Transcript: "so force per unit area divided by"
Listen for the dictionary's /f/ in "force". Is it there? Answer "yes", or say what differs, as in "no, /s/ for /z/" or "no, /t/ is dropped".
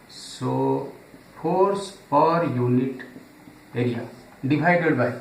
no, /p/ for /f/